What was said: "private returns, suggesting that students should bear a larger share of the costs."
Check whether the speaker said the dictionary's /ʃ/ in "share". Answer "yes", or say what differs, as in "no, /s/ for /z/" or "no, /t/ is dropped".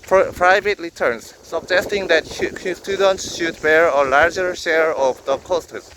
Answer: yes